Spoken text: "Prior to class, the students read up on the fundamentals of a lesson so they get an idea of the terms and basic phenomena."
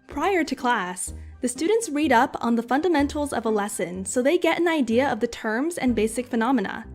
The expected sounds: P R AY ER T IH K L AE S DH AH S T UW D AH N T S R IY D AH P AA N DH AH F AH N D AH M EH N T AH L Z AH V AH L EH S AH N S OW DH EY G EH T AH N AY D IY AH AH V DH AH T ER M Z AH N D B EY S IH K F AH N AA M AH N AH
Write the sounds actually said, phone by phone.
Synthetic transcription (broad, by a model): P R AY ER T IH K L AE S DH AH S T UW D N T S R IY D AH P N DH AH F AH N D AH M EH N T L Z AH V AH L EH S AH N S OW DH EY G EH T AH N AY D IY AH AH V DH AH T ER M Z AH N B EY S IH K F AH N AA M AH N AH